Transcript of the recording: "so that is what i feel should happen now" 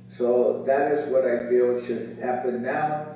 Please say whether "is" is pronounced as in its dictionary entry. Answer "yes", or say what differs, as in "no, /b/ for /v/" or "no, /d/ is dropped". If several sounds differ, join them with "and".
yes